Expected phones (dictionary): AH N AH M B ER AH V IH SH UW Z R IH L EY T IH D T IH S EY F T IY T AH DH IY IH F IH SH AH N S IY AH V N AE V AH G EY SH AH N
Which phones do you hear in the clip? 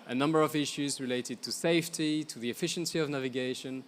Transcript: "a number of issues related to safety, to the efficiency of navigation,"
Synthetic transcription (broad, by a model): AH N AH M B ER AH V IH SH UW Z R IH L EY T IH D T IH S EY F T IY T AH DH IY IH F IH SH AH N S IY AH V N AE V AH G EY SH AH N